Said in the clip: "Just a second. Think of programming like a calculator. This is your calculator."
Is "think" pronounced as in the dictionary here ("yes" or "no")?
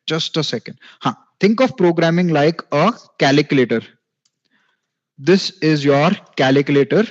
no